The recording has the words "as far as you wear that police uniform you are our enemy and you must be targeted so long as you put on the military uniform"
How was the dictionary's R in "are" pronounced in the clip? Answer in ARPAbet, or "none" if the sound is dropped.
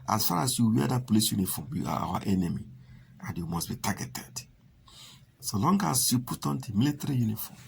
W